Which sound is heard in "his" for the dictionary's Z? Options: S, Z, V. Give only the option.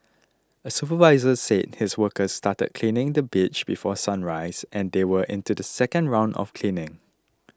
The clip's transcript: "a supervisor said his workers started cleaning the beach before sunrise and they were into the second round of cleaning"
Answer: S